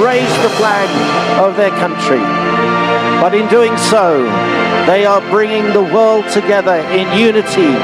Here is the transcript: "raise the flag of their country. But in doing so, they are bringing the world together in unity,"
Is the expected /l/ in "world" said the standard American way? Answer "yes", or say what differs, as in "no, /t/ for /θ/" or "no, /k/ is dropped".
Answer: yes